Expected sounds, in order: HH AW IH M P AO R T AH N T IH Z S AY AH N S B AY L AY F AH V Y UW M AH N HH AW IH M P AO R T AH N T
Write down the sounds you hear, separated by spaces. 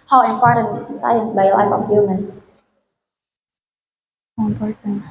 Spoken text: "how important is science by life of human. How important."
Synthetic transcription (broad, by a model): HH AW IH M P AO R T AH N IH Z S AY AH N S B AY L AY F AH F Y UW M AH N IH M P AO R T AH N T